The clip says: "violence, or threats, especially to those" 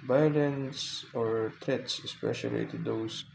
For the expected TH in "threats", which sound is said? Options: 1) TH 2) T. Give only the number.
2